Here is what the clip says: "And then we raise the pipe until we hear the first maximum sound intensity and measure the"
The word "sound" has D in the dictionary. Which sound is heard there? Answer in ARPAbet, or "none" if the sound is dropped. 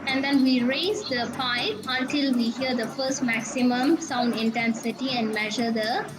D